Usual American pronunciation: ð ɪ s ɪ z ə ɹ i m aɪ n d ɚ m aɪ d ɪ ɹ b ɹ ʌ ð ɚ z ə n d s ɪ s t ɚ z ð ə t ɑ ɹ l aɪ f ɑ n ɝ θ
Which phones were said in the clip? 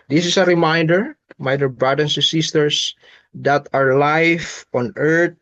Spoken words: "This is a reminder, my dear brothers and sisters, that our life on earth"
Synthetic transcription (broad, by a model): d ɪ s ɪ s ə ɹ i m aɪ n d ɚ m aɪ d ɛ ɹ b ɹ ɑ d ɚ s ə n s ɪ s t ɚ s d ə t ɑ ɹ l aɪ f ɑ n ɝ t